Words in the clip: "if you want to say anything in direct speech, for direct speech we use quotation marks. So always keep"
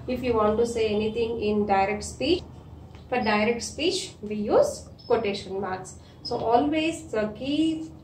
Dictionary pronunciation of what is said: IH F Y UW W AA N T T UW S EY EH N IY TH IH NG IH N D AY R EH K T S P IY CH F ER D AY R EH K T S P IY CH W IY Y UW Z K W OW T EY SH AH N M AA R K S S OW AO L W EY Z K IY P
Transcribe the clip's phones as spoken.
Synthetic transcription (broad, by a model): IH F Y UW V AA N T T UW S EY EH N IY T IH NG IH N D AY R EH K T S P IY CH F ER D AY R EH K T S P IY CH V IY Y UW Z K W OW T EY SH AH N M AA R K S S OW AO L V EY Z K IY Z